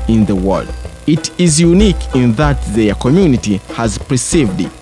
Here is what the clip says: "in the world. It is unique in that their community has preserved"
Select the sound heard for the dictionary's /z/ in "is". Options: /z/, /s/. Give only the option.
/z/